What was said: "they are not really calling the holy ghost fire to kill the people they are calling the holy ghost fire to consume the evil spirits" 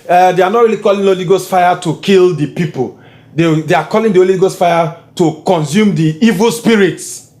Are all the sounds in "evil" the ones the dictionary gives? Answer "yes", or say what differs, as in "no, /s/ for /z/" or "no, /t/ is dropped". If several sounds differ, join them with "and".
yes